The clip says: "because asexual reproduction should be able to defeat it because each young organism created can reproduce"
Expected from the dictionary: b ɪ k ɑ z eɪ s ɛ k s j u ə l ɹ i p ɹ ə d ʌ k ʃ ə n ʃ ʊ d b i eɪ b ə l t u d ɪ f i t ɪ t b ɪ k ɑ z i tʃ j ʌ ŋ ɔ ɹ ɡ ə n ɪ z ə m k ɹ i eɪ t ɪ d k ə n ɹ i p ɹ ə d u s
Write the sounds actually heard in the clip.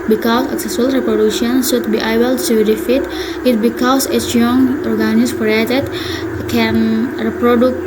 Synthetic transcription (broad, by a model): b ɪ k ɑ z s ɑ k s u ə l ɹ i p ɹ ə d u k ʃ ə n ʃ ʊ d b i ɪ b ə l s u d ɪ f i t ɪ t b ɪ k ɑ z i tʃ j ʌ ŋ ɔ ɹ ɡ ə n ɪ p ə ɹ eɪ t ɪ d k ə n ɹ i p ɹ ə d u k